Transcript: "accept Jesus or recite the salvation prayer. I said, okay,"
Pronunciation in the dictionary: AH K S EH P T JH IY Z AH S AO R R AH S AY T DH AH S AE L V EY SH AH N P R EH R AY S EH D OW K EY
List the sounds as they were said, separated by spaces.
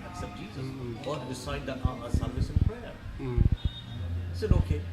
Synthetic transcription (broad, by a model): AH K S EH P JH IY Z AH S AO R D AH S AY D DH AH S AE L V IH S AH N P R EH R S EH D OW K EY